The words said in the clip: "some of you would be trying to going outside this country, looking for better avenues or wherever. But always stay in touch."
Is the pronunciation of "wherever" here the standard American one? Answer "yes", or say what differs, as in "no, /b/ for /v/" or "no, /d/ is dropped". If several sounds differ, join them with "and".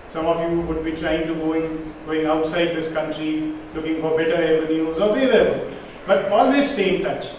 no, /l/ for /ɹ/ and /b/ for /v/